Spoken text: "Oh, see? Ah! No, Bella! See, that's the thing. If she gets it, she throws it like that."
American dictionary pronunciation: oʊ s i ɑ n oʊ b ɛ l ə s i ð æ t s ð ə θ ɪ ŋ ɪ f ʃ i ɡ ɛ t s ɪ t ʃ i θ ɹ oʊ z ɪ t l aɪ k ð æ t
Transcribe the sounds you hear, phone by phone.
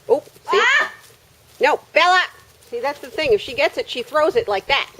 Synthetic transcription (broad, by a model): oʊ s i n oʊ b ɛ l ə s i ð æ t s ð ə θ ɪ ŋ ɪ f ʃ i ɡ ɛ t s ɪ t ʃ i θ ɹ oʊ z ɪ t l aɪ k ð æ t